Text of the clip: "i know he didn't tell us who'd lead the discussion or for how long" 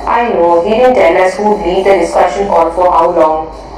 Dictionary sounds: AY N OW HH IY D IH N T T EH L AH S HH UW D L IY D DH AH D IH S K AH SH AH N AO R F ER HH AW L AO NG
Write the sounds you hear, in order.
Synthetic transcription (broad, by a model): AY N OW HH IY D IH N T T EH L AH S HH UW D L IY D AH D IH S K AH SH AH N AO L F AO HH AW L AO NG